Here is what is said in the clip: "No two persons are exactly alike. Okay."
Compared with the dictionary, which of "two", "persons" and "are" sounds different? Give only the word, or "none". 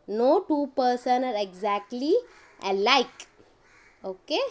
persons